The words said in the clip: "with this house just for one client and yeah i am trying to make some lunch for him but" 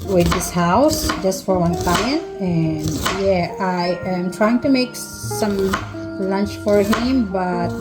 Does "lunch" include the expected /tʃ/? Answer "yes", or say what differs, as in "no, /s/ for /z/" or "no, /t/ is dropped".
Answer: yes